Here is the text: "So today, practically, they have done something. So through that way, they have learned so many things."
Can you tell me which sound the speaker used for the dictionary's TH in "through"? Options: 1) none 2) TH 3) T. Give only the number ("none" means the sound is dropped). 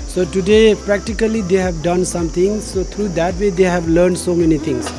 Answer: 3